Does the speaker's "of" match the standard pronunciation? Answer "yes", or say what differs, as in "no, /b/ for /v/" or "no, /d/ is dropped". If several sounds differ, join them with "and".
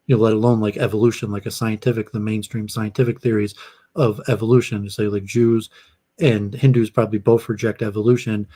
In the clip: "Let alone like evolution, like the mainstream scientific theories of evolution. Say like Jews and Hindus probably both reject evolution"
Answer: yes